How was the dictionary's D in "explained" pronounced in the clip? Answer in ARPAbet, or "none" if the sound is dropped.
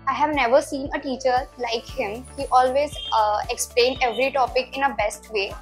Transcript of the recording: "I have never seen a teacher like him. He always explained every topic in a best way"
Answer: D